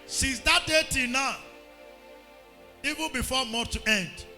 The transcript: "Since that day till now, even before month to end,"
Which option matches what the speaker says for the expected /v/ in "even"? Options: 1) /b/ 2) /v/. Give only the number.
2